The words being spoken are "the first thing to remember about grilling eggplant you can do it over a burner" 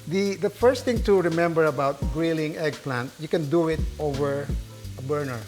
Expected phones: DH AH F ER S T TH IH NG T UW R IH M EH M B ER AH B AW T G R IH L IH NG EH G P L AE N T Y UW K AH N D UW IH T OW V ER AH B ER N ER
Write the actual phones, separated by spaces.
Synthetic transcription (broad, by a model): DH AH F ER S T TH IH NG T UW R IH M EH M B ER AH B AW T G R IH L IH NG EH G P L AE N T Y UW K AH N D UW IH T OW V ER AH B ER N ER